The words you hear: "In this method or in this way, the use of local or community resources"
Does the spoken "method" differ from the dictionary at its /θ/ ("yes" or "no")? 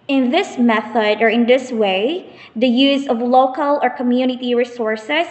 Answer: no